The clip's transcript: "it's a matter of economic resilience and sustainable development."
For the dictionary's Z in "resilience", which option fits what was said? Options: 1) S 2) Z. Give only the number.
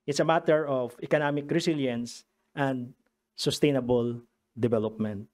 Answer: 1